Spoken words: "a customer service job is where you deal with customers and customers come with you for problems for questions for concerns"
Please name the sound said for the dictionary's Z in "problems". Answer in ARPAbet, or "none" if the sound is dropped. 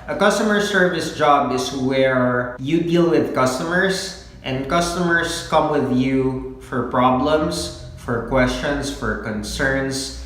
S